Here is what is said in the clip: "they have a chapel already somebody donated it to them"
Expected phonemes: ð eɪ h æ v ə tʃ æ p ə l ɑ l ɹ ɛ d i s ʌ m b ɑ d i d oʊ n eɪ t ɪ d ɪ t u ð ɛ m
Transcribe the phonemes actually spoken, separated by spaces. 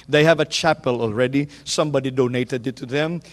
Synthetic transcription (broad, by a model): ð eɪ h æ v ə tʃ æ p ə l ɑ l ɹ ɛ d i s ʌ m b ɑ d i d oʊ n eɪ t ɪ d ɪ t u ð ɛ m